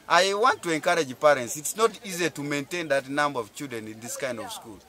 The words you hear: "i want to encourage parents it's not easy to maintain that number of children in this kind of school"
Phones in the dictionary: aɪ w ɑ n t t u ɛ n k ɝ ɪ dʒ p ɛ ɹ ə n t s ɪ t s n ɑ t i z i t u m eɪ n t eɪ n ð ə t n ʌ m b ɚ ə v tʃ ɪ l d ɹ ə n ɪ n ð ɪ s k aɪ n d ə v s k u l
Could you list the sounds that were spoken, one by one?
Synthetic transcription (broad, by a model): aɪ w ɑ n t t u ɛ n k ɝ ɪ dʒ p ɛ ɹ ə n t s ɪ t s n ɑ t i z i t u m eɪ n t eɪ n ð ə t n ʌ m b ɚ ə v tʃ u d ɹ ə n ɪ n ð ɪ s k aɪ n d ə v s k u l